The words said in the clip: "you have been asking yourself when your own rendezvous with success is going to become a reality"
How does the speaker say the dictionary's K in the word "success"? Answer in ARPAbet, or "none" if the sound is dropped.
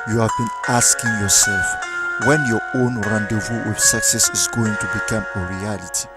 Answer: K